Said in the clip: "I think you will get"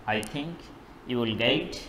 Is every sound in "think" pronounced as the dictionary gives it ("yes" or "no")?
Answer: no